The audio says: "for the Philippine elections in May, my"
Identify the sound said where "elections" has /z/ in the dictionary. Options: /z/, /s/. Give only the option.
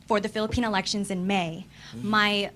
/z/